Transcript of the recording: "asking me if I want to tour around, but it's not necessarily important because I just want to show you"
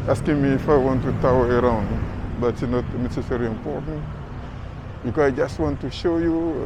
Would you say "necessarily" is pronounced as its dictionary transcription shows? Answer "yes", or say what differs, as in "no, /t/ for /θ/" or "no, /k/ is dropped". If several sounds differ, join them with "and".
no, /l/ is dropped